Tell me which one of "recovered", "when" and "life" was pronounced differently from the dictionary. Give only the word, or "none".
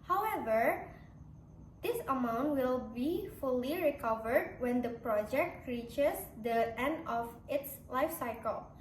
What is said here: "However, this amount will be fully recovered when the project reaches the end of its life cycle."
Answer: none